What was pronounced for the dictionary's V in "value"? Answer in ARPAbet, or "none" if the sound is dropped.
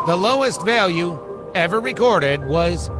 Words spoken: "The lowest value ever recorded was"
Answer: V